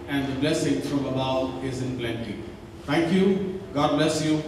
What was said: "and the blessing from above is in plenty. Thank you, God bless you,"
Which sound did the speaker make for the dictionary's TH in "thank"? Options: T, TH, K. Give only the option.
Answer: T